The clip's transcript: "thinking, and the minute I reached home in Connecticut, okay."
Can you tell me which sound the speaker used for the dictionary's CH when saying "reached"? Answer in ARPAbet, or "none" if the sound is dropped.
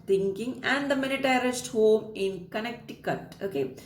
S